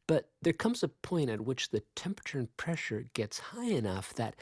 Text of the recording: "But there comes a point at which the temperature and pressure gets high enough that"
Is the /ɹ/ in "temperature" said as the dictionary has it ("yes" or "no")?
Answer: yes